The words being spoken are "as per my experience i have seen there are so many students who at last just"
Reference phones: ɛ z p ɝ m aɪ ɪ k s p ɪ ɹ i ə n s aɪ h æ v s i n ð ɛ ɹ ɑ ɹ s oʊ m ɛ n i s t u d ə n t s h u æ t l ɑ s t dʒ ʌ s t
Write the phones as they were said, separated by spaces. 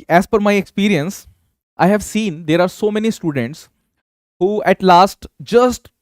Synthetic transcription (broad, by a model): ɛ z f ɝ m aɪ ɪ k s p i ɹ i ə n s aɪ h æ v s i n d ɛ ɹ ɑ ɹ s oʊ m ɛ n i s t u d ə n t s h u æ t l ɑ s t dʒ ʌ s t